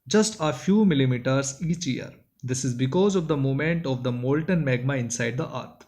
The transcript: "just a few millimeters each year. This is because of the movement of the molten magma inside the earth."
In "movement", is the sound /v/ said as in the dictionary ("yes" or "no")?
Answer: no